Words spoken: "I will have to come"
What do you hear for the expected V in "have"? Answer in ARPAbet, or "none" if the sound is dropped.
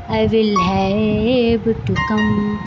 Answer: B